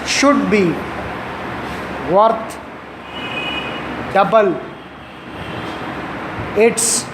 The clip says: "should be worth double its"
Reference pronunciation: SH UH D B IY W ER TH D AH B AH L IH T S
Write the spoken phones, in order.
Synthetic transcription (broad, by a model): SH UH D B IY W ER T D AH B AH L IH T S